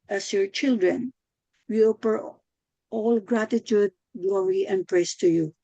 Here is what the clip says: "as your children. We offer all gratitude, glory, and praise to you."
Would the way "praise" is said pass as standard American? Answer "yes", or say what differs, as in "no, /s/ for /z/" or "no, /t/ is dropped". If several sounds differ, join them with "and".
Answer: no, /s/ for /z/